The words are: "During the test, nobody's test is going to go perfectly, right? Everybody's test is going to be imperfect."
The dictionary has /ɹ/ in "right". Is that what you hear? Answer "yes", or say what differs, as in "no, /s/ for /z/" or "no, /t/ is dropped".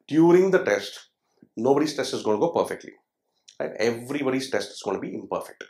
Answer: no, /l/ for /ɹ/